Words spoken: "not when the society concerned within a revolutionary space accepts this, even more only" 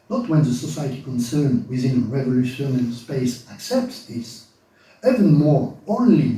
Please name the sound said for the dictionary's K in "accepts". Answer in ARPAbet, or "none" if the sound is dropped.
K